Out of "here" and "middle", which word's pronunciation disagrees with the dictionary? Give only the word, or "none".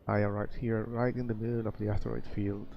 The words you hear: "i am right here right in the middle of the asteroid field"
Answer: middle